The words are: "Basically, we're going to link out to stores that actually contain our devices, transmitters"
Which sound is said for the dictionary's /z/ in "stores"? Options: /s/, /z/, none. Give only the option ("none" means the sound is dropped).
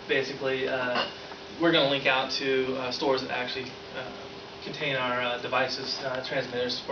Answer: /z/